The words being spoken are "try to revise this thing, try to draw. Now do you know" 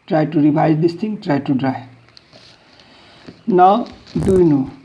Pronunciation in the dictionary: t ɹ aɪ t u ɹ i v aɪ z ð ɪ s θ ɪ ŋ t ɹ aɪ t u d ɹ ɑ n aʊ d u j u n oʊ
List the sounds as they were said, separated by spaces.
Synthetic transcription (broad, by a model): t ɹ aɪ t u ɹ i b aɪ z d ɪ s t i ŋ t ɹ aɪ t u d ɹ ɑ n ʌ d u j n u